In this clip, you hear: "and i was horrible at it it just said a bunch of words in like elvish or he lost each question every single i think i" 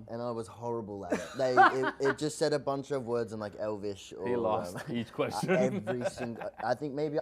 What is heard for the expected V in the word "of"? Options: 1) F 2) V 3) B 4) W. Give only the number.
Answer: 2